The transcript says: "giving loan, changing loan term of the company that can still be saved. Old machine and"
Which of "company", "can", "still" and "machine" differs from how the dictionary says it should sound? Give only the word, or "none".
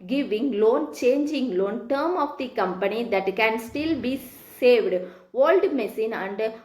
machine